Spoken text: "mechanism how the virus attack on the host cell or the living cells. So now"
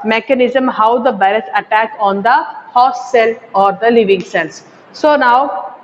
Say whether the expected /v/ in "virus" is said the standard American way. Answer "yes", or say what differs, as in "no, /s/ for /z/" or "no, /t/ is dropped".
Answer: no, /b/ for /v/